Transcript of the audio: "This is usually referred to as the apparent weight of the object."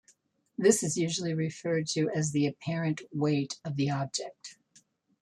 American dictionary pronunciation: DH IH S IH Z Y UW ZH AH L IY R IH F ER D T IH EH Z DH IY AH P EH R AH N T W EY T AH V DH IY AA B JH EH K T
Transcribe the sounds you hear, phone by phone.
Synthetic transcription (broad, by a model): DH IH S IH Z Y UW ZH L IY R IH F ER D T IH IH Z DH IY AH P EH R AH N T W EY T AH V DH IY AA B JH EH K T